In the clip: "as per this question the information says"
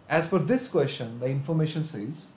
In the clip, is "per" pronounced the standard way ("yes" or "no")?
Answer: no